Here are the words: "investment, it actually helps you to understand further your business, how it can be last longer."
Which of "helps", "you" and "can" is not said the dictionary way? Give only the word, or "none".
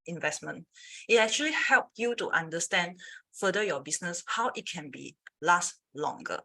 helps